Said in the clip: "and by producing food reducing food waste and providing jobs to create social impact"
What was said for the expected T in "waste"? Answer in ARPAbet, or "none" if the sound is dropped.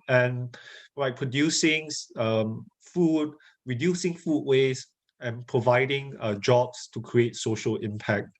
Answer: none